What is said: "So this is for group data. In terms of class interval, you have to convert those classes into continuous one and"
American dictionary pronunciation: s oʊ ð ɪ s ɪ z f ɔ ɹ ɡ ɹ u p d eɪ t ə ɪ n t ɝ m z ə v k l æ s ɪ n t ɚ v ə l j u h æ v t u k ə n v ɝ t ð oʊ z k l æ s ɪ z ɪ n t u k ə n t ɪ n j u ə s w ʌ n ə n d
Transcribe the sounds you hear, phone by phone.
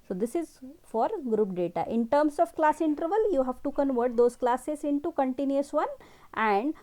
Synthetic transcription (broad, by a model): s oʊ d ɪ s ɪ z f ɔ ɹ ɡ ɹ u p d eɪ t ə ɪ n t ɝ m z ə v k l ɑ s ɪ n t ɚ v ə l j u h æ v t u k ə n v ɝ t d oʊ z k l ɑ s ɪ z ɪ n t u k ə n t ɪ n j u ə s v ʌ n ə n d